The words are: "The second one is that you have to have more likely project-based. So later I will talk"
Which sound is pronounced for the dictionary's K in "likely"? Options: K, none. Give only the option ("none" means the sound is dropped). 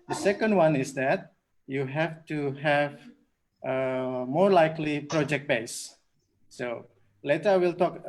K